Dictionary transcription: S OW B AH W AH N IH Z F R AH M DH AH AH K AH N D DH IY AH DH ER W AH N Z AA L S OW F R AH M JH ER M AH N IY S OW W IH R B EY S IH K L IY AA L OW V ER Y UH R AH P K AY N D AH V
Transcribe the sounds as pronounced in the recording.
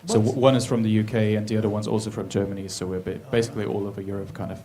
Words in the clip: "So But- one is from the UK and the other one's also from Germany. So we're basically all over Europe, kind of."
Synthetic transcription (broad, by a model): S OW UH W AH N IH Z F R AH M DH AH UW K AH N DH IY AH DH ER W AH N Z AA L S OW F R AH M JH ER M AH N IY S OW W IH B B EY S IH K L IY AA L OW V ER Y UH R AH P K AY N D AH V